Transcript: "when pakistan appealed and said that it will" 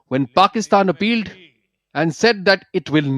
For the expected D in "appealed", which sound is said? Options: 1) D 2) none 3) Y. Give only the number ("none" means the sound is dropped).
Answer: 1